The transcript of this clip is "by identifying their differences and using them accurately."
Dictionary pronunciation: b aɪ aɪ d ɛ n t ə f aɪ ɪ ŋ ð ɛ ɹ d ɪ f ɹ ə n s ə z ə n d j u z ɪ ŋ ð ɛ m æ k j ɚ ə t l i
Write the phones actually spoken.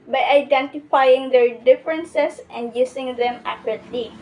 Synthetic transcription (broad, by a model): b aɪ aɪ d ɛ n t ə f aɪ ɪ ŋ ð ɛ ɹ d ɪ f ɹ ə n s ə s ə n d j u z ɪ ŋ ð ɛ m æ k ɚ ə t l i